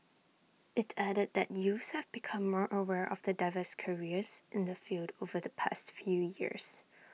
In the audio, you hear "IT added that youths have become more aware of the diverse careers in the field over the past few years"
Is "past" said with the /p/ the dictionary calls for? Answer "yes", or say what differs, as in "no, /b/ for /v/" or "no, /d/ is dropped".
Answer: yes